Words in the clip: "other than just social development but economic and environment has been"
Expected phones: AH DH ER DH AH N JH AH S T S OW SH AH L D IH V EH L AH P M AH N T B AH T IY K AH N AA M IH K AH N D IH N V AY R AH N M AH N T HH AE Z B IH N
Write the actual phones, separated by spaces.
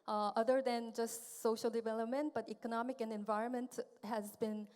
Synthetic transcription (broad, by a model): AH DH ER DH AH N JH AH S T S OW SH AH L D IH V EH L AH P M AH N T B AH T IY K AH N AA M IH K AH N D IH N V AY R AH N M AH N T HH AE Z B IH N